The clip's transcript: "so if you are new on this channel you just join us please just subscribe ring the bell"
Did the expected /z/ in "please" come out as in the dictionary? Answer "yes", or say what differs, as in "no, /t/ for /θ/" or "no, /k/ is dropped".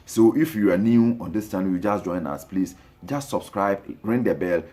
no, /s/ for /z/